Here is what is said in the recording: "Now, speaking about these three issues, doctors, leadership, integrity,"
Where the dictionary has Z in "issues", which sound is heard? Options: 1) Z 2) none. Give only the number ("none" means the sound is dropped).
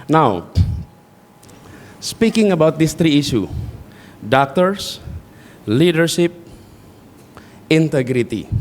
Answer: 2